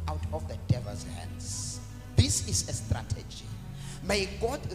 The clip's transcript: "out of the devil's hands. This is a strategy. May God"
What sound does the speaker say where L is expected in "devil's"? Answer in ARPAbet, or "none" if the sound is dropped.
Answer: none